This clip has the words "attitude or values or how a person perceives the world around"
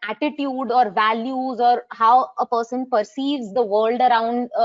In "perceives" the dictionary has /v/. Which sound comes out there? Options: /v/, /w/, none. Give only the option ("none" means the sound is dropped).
/v/